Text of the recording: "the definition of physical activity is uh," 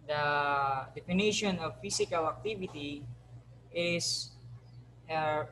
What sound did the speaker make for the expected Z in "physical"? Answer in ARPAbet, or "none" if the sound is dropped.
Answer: S